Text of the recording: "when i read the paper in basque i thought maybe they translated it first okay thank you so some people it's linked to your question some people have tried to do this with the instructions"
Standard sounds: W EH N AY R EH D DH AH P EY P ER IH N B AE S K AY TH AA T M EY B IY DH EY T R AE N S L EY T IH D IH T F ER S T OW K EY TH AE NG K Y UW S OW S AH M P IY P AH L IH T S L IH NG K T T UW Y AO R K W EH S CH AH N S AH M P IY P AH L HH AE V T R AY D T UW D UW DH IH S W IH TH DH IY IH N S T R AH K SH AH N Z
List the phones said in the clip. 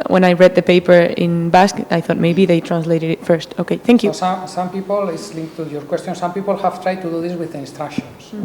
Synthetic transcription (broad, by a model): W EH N AY R EH D DH AH P EY P ER IH N B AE S K AY TH AA T M EY B IY DH EY T R AE N S L EY T IH D IH T F ER S T OW K EY TH AE NG K Y UW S S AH M P IY P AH L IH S L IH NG K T T UW Y AO R K W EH S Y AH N S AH M P IY P AH L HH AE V T R AY D T UW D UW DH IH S W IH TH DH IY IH N S T R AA K SH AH N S